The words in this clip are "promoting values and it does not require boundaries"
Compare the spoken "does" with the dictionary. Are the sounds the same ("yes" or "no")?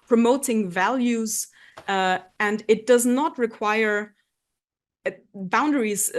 yes